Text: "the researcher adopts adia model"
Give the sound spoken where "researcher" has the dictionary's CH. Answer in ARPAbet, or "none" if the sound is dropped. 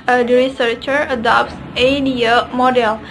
CH